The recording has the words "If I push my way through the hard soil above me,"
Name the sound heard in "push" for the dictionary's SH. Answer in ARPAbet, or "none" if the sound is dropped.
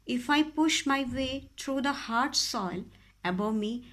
SH